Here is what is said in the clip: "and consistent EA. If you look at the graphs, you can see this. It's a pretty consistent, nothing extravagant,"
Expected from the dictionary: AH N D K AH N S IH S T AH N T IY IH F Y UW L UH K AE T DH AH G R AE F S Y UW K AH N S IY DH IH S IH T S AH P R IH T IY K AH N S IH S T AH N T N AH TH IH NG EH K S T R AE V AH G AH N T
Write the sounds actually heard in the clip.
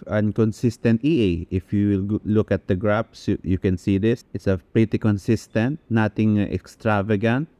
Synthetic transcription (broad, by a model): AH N K AH N S IH S T AH N T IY IH F Y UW L UH K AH T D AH G R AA P S Y UW K AH N S IY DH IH S IH T S AH P R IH T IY K AH N S IH S T AH N T N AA T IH NG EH K S T R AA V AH G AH N T